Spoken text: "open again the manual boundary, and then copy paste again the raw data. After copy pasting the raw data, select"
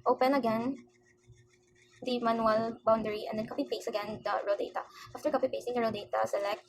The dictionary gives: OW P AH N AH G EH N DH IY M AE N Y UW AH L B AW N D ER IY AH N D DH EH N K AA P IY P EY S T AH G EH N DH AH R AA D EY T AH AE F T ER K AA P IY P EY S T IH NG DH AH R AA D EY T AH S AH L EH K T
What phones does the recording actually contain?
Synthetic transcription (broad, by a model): OW P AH N AH G EH N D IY M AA N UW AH L B AW N D ER IY AH N D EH N K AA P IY P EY S AH G EH N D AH R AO D EY T AH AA F T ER K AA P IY P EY S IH NG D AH R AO D EY T AH S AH L EH K T